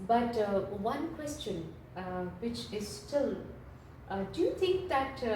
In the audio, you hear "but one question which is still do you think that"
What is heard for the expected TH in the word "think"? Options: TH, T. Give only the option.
T